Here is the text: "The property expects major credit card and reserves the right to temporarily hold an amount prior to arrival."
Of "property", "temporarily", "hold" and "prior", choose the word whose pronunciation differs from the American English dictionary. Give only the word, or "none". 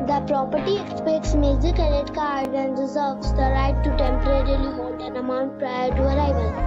hold